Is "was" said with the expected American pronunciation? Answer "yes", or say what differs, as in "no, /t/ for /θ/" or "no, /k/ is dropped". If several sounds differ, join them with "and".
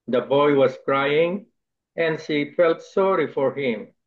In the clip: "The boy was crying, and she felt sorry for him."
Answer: no, /s/ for /z/